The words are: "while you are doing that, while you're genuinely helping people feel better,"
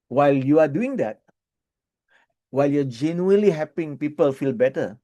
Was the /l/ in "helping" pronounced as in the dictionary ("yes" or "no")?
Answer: no